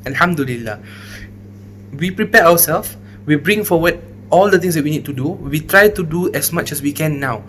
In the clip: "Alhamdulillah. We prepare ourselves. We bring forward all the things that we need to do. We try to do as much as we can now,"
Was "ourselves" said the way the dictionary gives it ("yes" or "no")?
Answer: no